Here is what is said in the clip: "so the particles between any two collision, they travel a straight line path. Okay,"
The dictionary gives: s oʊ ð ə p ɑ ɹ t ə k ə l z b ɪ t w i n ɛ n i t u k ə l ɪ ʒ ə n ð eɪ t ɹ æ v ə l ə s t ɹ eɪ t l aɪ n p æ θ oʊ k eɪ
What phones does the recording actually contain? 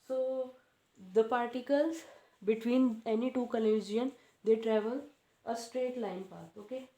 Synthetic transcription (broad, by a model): s oʊ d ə p ɑ ɹ t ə k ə l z b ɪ t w i n ɛ n i t u k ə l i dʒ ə n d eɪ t ɹ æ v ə l ə s t ɹ eɪ t l aɪ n p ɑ t oʊ k eɪ